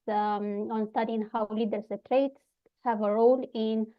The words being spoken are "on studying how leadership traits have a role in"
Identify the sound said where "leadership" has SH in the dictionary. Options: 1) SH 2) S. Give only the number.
2